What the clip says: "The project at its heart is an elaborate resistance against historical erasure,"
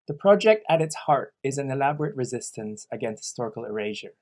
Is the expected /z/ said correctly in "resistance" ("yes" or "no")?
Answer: yes